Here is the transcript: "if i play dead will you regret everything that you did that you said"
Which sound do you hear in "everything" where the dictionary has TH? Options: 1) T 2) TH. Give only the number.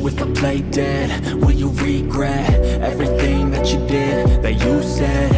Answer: 2